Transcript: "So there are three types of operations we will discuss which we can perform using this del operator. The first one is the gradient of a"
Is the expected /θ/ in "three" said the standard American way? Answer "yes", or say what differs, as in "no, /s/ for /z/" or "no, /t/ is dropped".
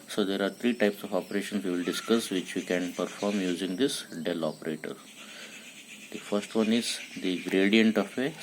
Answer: no, /t/ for /θ/